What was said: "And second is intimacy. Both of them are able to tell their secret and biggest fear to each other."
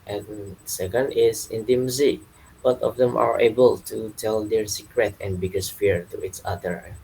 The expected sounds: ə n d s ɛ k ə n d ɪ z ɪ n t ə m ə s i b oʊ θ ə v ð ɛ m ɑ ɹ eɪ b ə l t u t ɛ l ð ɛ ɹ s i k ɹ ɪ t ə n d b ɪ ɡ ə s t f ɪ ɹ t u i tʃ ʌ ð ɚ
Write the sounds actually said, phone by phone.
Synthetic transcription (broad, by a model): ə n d s ɛ k ə n d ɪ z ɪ n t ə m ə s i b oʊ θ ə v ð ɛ m ɑ ɹ eɪ b ə l t u t ɛ l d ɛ ɹ s i k ɹ ɪ t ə n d b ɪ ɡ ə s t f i ɹ t u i s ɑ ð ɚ